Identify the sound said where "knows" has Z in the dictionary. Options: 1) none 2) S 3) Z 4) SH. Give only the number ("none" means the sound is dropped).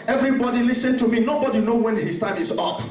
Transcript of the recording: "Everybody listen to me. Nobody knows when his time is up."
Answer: 1